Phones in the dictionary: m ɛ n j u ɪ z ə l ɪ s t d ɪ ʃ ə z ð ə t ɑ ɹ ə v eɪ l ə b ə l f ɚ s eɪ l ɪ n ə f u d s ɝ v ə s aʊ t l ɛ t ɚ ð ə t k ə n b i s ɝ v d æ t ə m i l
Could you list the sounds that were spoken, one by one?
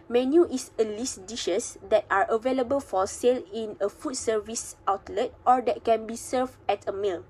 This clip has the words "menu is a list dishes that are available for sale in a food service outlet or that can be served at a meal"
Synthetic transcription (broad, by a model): m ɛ n j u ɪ s ə l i s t d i ʃ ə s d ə t ɑ ɹ ə v eɪ l ə b ə l f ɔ s eɪ l ɪ n ə f u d s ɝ v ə s aʊ t l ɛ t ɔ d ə t k ə n b i s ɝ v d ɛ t ə m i l